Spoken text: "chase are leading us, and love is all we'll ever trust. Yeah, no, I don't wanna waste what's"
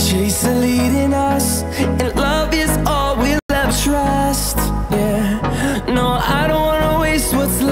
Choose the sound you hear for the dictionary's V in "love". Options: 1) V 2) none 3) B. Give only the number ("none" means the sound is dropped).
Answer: 1